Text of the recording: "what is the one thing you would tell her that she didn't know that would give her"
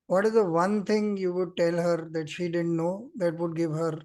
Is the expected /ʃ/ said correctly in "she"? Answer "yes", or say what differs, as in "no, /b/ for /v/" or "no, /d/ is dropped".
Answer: yes